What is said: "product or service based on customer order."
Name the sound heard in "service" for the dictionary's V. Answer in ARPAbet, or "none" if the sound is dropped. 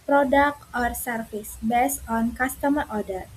F